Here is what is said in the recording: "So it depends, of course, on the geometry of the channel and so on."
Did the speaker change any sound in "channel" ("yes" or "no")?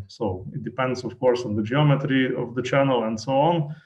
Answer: no